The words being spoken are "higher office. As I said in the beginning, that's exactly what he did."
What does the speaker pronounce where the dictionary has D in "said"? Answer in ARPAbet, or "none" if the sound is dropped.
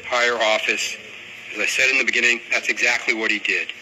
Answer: D